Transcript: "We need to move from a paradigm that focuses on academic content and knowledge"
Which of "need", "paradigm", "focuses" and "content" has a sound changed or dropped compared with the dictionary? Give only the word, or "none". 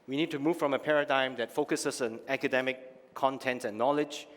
focuses